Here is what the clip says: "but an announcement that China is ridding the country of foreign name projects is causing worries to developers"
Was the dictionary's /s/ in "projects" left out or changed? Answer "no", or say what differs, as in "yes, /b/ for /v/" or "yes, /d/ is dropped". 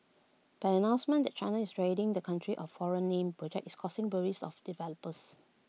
yes, /s/ is dropped